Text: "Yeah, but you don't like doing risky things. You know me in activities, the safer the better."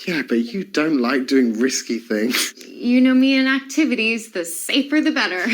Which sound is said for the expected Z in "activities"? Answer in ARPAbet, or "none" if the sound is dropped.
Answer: Z